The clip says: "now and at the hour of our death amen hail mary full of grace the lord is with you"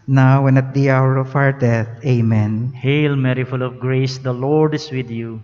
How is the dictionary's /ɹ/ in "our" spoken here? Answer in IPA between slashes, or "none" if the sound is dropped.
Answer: /ɹ/